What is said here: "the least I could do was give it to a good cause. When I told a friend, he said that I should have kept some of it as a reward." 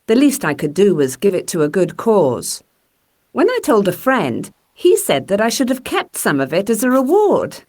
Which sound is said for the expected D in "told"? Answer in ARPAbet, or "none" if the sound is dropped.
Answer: D